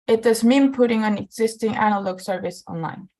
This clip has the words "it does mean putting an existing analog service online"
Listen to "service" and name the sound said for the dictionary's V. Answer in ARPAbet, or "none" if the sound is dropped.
V